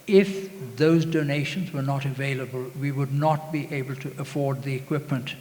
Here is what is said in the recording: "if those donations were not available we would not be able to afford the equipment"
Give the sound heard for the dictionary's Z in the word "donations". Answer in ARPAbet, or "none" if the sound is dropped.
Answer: Z